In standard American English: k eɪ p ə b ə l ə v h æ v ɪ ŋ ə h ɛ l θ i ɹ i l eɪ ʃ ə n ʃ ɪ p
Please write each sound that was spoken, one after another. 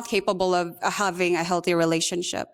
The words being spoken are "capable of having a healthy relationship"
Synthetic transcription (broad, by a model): k eɪ p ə b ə l ə v h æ v ɪ ŋ ə h ɛ l θ i ɹ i l eɪ ʃ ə n ʃ ɪ p